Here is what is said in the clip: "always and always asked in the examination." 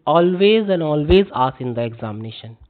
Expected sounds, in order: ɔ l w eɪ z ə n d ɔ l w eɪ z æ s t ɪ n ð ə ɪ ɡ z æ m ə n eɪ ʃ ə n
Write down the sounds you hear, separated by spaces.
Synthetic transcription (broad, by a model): ɔ l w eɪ z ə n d ɔ l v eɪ z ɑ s ɪ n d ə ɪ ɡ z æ m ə n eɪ ʃ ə n